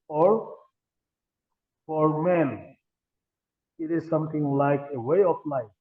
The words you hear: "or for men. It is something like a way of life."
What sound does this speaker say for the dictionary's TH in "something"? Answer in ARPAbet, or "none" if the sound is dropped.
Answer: T